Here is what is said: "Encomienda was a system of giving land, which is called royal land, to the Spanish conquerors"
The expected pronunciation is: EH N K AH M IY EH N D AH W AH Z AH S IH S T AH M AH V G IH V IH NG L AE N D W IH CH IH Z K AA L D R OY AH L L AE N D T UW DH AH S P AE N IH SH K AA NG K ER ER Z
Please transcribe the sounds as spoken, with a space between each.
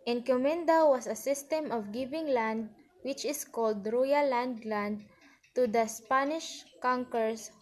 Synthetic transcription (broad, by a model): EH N K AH M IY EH N D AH W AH S AH S IH S T AH M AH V G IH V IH NG L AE N D W IH CH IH S K AA L D R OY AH L L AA N D T UW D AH S P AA N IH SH K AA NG K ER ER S